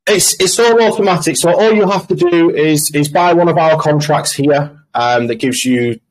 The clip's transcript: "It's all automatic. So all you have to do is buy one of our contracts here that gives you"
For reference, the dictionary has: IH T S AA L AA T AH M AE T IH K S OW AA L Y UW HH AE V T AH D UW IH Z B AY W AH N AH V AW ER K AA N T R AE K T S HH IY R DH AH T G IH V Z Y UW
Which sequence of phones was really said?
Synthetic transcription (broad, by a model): IH T S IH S AA T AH M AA T IH K S OW AA L Y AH HH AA F T AH D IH IH Z B AY W AH N AH V AW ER K AA N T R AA K T S HH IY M DH AH T G IH V Z Y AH